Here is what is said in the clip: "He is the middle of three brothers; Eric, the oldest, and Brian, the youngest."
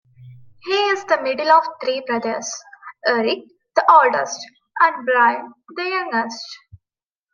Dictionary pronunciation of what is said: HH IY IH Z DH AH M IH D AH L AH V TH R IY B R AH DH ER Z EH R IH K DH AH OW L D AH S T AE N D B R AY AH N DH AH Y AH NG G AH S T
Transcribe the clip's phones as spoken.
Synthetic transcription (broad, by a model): HH IY IH Z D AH M IH D AH L AH V T R IY B R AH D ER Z EH R IH K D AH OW L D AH S T AE N D B R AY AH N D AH Y AH NG G AH S T